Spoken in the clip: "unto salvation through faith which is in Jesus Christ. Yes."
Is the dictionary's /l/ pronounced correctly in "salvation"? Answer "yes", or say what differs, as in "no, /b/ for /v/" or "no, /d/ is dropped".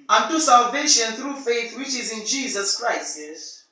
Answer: yes